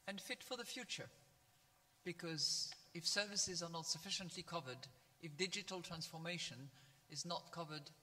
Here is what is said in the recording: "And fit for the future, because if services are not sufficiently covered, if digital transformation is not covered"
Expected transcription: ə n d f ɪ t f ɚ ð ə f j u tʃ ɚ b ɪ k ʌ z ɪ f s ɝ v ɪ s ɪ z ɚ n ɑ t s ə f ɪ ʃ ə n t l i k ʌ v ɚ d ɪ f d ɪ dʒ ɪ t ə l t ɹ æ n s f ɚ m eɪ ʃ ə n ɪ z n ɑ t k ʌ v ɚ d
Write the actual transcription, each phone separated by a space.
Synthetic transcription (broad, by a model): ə n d f ɪ t f ɚ ð ə f j u tʃ ɚ b ɪ k ʌ z ɪ f s ɝ v ɪ s ɪ z ɚ n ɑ t s ə f ɪ ʃ ə n t l i k ʌ v ɚ d ɪ f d ɪ dʒ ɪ t l t ɹ æ n s f ɚ m eɪ ʃ ə n ɪ z n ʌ t k ʌ v ɚ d